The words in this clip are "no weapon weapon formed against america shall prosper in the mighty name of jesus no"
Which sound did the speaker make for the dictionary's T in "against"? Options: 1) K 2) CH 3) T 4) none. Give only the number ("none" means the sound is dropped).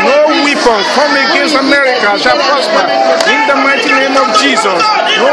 4